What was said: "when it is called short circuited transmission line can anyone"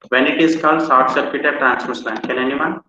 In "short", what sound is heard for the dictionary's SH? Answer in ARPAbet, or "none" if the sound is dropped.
S